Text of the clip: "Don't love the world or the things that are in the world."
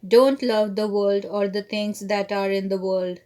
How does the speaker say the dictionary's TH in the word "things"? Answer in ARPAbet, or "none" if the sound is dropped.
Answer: T